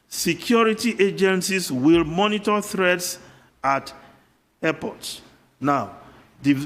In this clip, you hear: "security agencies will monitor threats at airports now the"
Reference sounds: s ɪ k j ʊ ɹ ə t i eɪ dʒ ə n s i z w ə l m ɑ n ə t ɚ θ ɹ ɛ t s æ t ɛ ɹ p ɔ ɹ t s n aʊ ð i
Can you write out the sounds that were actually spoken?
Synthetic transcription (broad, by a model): s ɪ k j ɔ ɹ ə t i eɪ dʒ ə n s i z w ə l m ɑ n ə t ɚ θ ɹ ɛ t s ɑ t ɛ p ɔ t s n aʊ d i